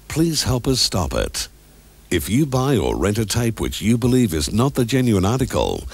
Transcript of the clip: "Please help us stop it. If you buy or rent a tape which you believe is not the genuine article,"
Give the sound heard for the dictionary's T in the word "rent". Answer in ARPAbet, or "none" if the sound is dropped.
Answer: T